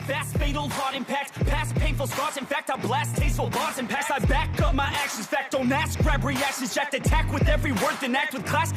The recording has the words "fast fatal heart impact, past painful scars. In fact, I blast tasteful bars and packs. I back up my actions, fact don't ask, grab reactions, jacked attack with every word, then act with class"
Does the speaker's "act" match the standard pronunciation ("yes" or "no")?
yes